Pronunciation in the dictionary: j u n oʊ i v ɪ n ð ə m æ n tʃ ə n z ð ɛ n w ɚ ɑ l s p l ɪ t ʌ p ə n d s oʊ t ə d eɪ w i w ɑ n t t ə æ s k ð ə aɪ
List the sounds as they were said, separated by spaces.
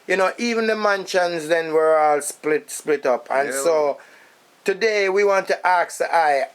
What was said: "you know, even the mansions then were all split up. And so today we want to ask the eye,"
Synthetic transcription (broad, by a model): j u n oʊ i v ɪ n ð ə m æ n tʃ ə n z ð ɛ n w ɚ ɑ l s p l ɪ t ʌ p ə n s oʊ t ə d eɪ w i w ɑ n t t ə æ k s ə aɪ